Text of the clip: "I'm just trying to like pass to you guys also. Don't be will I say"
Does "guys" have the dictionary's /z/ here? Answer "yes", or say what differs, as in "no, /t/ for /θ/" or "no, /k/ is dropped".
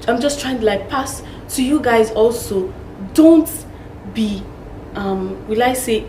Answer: yes